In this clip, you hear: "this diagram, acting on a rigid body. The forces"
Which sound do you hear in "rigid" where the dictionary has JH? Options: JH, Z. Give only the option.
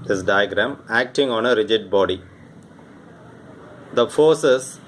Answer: JH